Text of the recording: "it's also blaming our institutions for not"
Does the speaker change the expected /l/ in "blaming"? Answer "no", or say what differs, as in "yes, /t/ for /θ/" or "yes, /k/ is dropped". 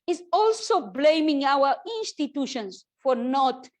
no